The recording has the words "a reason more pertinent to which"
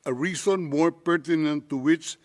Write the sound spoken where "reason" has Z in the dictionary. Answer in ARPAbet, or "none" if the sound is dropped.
S